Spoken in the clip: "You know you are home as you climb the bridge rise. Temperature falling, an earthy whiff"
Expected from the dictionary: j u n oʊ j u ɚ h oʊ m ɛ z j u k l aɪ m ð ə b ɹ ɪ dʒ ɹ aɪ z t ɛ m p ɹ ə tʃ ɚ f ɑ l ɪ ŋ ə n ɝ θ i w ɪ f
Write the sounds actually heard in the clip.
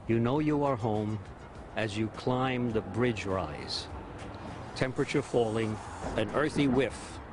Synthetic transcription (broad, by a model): j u n oʊ j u ɚ h oʊ m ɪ z j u k l aɪ m ð ə b ɹ ɪ dʒ ɹ aɪ z t ɛ m p ɹ ə tʃ ɚ f ɑ l ɪ ŋ ə n ɝ θ i w ɪ f